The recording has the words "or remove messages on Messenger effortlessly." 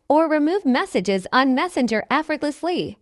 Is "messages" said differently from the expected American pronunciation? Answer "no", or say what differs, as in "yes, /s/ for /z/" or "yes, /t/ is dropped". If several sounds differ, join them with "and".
no